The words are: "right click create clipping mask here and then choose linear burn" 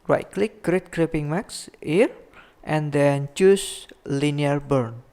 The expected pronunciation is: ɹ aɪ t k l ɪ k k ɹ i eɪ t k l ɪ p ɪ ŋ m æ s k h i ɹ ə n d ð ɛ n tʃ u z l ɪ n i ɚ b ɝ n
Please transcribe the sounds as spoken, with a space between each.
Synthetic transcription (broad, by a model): ɹ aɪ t k l ɪ k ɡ ɹ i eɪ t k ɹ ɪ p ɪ ŋ m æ k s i ɹ ə n d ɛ n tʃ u s l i n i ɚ b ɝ n